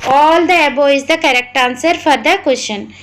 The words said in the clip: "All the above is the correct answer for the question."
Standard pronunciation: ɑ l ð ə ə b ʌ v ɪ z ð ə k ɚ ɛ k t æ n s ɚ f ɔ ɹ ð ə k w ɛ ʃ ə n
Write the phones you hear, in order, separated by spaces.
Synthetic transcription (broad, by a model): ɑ l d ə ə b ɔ ɪ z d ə k ɚ ɛ k t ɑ n s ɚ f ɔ ɹ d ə k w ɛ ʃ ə n